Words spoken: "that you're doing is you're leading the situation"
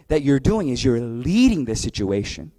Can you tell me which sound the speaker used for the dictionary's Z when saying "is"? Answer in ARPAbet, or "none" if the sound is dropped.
Z